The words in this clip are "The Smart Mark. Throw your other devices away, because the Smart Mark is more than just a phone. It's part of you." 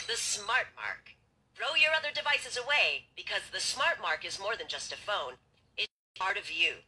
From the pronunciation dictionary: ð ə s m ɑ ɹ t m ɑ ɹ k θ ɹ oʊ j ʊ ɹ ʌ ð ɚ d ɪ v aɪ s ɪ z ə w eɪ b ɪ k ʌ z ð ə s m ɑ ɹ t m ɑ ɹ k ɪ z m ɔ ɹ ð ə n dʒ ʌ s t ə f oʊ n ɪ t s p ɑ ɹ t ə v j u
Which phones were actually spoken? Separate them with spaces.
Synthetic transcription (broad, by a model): ð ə s m ɑ ɹ t m ɑ ɹ k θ ɹ oʊ j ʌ ɹ ʌ ð ɚ d ɪ v aɪ s ɪ z ə w eɪ b ɪ k ʌ z ð ə s m ɑ ɹ t m ɑ ɹ k ɪ z m ɔ ɹ ð ə n dʒ ʌ s t ə f oʊ n ɪ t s p ɑ ɹ t ə v j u